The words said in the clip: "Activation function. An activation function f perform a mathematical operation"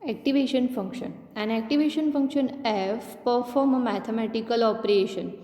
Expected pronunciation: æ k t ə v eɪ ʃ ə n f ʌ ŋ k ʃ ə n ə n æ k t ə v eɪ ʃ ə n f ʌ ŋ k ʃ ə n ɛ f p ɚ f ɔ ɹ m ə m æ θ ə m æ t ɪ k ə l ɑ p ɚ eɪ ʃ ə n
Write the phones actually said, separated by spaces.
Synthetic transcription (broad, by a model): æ k t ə v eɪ ʃ ə n f ʌ ŋ k ʃ ə n ə n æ k t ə v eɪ ʃ ə n f ʌ ŋ k ʃ ə n ɛ f p ɚ f ɔ ɹ m ə m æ t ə m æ t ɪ k ə l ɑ p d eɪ ʃ ə n